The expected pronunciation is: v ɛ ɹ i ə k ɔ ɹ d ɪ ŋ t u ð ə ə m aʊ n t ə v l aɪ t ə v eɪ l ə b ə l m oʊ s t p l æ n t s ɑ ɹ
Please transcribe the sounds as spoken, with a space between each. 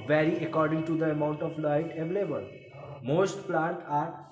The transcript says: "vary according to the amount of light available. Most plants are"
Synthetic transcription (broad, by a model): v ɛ ɹ i ə k ɔ ɹ d ɪ ŋ t u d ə ə m aʊ n t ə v l aɪ t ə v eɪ l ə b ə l m oʊ s t p l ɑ n t ɑ ɹ